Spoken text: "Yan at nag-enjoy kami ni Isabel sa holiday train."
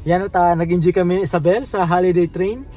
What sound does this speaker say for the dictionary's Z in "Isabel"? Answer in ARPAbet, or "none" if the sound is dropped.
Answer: S